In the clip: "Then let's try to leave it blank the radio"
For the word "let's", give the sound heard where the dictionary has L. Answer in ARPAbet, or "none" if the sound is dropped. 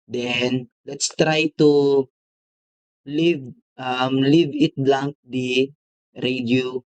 L